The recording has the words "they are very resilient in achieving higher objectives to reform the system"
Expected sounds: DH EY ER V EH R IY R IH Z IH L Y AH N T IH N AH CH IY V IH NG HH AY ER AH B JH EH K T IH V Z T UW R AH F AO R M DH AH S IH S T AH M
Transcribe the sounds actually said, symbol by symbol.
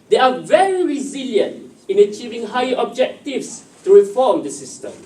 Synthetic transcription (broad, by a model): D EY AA V EH R IY R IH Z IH L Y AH N T IH N AH CH IY V IH NG HH AY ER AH B JH EH K T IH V S T UW R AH F AO M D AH S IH S T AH M